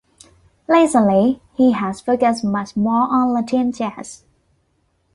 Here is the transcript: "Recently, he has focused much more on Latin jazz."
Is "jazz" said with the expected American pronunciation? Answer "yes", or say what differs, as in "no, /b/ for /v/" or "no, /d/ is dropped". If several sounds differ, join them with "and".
no, /tʃ/ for /dʒ/